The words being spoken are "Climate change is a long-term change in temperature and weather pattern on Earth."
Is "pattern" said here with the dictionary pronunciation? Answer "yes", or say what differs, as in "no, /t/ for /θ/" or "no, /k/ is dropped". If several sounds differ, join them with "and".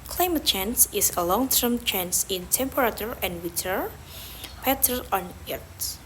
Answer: no, /n/ is dropped